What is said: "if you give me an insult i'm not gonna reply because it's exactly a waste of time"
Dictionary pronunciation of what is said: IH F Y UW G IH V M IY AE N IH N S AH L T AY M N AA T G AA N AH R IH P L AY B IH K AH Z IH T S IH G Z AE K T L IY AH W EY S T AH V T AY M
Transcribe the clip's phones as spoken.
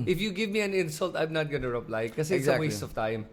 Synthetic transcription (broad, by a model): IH F Y UW G IH V M IY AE N IH N S AH L T AY M N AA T G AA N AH R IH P L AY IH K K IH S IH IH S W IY AH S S AH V T AY M